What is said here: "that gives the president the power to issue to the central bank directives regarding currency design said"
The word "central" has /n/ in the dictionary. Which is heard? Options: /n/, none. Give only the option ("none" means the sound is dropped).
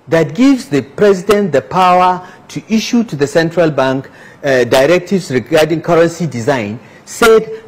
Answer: /n/